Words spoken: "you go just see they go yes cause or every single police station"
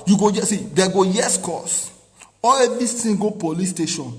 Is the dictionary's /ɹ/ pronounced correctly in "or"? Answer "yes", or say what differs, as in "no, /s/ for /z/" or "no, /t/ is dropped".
no, /l/ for /ɹ/